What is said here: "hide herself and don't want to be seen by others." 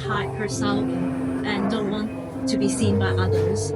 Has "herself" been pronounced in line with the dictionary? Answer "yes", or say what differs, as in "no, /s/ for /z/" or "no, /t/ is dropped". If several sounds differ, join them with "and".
no, /f/ is dropped